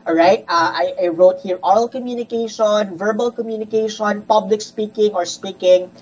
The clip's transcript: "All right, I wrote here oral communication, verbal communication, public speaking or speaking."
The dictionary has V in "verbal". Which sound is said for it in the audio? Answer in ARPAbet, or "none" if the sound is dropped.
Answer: V